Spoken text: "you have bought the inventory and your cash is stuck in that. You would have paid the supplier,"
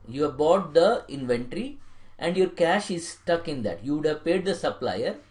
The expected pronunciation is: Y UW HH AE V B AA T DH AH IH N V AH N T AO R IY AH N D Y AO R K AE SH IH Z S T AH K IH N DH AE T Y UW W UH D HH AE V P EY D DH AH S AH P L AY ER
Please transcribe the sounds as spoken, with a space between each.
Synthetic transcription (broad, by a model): Y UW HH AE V B AA T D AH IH N V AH N T R IY AH N D Y AO R K AE SH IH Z S T AH K IH N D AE T Y UW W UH D HH AE V P EY D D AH S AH P L AY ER